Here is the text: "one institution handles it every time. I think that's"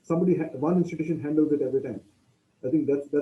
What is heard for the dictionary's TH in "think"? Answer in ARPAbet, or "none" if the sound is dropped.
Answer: T